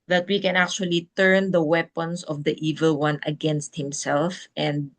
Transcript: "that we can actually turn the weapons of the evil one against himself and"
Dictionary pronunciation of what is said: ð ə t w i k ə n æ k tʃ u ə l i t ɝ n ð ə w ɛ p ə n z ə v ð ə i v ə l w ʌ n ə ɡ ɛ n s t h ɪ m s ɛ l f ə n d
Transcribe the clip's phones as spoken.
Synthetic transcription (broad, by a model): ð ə t w i k ə n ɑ k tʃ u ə l i t ɝ n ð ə w ɛ p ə n s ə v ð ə i v ə l w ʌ n ə ɡ ɛ n s t h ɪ m s ɛ l f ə n d